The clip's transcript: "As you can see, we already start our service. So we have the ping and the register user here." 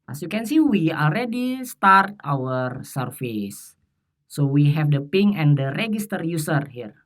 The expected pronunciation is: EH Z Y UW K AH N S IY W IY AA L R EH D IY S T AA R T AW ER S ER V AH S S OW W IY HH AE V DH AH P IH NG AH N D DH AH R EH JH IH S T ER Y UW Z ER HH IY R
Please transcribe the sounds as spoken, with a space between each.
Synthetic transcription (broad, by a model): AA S Y UW K AH N S IY W IY AA L R EH D IY S T AA R T AW ER S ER F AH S S OW W IY HH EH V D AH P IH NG AH N D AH R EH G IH S T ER Y UW S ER HH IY R